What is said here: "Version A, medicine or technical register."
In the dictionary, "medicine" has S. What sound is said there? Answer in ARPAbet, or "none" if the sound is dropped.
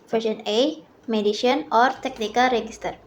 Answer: SH